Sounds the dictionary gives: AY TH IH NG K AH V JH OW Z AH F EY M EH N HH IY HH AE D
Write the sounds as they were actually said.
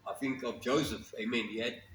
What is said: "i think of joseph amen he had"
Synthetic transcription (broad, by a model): AY TH IH NG K AH V JH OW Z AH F EY M EH N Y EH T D